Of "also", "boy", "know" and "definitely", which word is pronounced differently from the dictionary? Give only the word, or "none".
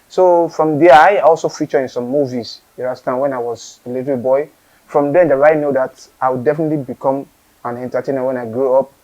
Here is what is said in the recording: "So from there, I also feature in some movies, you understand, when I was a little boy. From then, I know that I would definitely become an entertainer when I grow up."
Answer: none